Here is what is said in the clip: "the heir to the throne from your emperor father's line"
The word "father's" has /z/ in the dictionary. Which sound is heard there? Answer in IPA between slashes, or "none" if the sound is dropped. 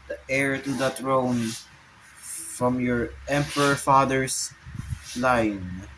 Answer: /s/